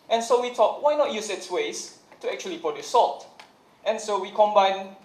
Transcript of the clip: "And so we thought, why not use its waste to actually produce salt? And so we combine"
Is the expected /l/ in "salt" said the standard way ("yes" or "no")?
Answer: yes